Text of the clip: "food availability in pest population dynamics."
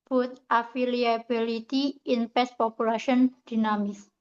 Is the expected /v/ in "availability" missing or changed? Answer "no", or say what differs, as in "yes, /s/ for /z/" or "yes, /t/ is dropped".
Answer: yes, /f/ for /v/